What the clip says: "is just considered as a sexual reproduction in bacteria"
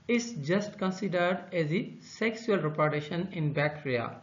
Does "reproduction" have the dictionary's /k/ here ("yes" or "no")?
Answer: no